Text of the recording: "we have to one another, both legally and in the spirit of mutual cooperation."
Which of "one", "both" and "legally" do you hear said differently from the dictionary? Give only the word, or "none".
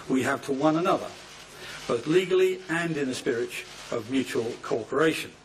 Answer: none